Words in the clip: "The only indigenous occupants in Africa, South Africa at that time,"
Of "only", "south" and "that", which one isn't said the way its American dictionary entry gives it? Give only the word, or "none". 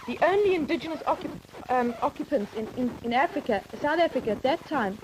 none